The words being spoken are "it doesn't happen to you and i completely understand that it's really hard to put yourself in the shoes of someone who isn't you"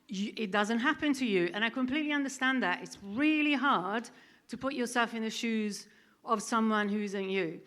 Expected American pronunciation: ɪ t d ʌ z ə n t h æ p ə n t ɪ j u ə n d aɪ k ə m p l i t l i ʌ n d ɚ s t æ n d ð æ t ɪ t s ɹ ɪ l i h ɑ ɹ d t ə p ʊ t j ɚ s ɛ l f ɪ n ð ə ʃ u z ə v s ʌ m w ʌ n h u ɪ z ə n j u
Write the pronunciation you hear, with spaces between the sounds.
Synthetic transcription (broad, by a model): ɪ t d ʌ z ə n t h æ p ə n t ɪ j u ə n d aɪ k ə m p l i t l i ʌ n d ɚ s t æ n ð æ t ɪ t s ɹ ɪ l i h ɑ ɹ d t ə p ʊ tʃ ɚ s ɛ l f ɪ n ð ə ʃ u z ə v s ʌ m w ʌ n h u ɪ z ə n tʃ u